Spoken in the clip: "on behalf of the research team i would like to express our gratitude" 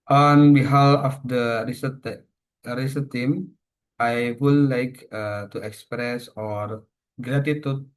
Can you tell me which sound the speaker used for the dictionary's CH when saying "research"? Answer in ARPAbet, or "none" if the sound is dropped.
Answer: S